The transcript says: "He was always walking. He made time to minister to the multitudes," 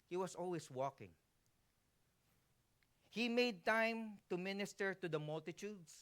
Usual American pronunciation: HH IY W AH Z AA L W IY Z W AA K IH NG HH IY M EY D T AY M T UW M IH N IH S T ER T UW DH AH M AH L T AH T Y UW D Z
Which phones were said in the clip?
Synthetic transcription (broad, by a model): HH IY W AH S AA L W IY S W AA K IH NG HH IY M EY D T AY M T UW M IH N IH S T ER T UW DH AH M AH L T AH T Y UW D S